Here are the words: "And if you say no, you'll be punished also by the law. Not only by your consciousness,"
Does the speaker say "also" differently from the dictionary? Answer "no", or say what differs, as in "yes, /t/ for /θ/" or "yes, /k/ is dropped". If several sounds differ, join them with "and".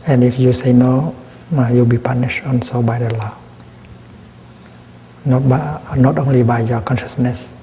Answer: yes, /n/ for /l/